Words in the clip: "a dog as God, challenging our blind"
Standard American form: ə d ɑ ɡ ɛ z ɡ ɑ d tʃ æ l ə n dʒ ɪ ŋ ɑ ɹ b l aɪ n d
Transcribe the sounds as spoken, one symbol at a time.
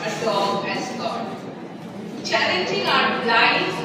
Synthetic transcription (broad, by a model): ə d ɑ ɛ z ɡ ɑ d tʃ æ l ə n dʒ ɪ ŋ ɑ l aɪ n